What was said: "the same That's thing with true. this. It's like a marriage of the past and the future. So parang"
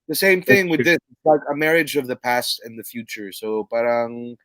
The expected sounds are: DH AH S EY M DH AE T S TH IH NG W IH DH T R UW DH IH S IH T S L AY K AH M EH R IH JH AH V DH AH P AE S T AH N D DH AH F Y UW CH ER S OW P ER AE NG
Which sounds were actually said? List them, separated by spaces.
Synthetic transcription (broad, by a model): DH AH S EY M TH IH NG W IH DH DH IH S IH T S L AY K AH M EH R IH JH AH V DH AH P AE S T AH N DH AH F Y UW CH ER S OW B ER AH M